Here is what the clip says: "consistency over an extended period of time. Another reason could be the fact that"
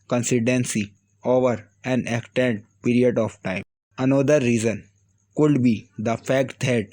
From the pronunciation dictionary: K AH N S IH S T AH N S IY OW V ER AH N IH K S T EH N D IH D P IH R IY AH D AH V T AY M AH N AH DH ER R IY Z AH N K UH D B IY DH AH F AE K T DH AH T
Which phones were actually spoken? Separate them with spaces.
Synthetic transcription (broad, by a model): K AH N S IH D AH N S IY OW V ER AH N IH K T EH N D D P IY R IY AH D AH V T AY M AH N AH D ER R IY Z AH N K UH D B IY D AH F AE K T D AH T